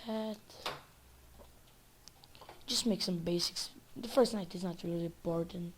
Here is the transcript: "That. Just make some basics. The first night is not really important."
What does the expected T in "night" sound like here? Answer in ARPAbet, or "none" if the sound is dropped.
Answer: T